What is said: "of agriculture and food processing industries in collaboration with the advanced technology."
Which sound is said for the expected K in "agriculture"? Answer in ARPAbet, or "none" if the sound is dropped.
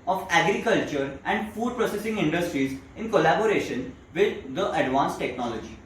K